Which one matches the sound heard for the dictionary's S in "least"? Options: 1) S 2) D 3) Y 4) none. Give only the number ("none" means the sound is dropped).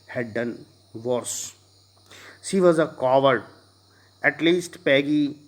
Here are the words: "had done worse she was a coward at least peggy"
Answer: 1